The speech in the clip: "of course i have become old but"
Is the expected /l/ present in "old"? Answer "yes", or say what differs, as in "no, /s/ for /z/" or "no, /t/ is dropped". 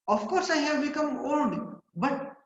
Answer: no, /n/ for /l/